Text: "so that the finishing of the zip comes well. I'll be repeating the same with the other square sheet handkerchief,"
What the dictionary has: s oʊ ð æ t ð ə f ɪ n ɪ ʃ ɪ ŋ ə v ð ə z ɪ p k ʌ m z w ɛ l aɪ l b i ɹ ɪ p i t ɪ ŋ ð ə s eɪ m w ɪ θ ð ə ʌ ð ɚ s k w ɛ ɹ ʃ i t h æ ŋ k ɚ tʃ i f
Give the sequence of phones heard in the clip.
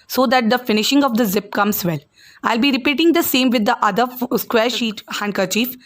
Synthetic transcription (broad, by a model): s oʊ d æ t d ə f ɪ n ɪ ʃ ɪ ŋ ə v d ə z ɪ p k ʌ m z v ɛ l aɪ l b i ɹ ɪ p i t ɪ ŋ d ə s eɪ m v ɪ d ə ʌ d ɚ s k w ɛ ɹ ʃ i t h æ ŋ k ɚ tʃ i f